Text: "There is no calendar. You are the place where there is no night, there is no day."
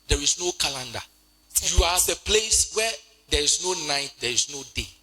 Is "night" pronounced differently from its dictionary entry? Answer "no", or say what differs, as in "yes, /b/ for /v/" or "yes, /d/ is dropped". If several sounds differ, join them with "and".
no